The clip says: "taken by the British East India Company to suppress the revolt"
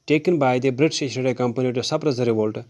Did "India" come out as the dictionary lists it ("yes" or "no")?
no